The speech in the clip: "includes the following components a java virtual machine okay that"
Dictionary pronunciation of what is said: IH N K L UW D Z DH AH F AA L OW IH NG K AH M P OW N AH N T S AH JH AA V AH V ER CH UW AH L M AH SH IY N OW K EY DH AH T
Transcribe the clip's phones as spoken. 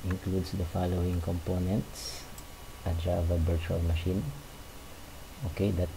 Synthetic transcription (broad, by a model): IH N K L UW D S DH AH F AA L OW IH NG K AH M P OW N AH N T S AH JH AA V AH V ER CH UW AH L M AH SH IY N OW K EY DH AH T